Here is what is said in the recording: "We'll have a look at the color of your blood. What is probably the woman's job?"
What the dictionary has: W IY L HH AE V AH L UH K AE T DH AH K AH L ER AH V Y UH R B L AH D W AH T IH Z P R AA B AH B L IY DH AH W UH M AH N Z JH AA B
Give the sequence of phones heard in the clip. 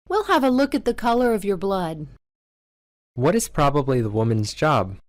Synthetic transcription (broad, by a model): W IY L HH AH V AH L UH K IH T DH AH K AH L ER AH V Y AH R B L AH D W AH T IH Z P R AA B AH B L IY DH AH W UH M AH N Z JH AA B